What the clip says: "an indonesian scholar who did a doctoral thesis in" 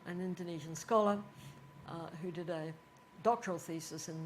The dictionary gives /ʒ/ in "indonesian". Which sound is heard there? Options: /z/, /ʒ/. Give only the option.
/ʒ/